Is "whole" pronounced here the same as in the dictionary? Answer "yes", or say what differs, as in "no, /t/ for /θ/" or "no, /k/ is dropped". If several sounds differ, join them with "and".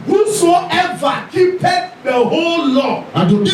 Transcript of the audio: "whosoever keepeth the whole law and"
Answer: yes